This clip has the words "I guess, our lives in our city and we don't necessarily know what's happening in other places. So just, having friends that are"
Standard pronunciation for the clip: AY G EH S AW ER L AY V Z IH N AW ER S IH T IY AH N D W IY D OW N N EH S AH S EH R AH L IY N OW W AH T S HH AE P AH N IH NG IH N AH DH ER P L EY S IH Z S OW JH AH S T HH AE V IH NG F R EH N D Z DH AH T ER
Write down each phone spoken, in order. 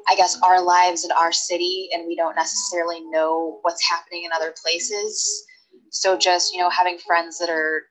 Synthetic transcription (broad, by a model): AY G EH S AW ER L AY V Z IH N AW ER S IH T IY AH N W IY D OW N N EH S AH S EH R L IY N OW W AH T S HH AE P AH N IH NG IH N AH DH ER P L EY S IH Z S OW JH AH S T HH AE V IH NG F R EH N D Z DH AH T ER